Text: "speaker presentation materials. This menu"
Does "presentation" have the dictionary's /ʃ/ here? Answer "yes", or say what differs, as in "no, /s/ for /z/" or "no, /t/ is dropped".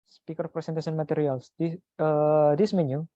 no, /s/ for /ʃ/